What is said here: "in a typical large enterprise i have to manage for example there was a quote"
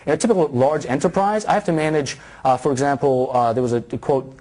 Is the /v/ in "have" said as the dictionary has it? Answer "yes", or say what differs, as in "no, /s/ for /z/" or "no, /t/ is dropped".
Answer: no, /f/ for /v/